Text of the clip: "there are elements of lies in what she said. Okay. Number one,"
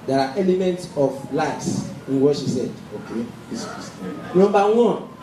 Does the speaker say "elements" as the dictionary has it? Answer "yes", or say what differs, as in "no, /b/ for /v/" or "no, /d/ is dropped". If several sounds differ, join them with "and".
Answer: yes